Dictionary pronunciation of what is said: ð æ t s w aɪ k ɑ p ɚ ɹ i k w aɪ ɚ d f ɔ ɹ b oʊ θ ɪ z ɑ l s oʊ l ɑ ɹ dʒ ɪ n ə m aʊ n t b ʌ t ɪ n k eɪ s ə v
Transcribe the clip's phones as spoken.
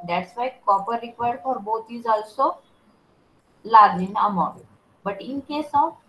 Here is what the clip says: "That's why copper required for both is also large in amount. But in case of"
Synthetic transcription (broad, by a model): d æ t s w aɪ k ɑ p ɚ ɹ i k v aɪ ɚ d f ɔ ɹ b oʊ t ɪ z ɑ l s oʊ l ɑ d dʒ ɪ n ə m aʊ t b ʌ t ɪ n k eɪ s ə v